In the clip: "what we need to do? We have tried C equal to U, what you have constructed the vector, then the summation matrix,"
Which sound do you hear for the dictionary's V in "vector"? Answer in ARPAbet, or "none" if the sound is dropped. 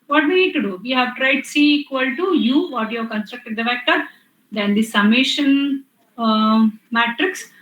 F